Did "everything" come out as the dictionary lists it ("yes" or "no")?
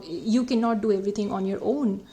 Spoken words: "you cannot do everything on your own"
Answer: no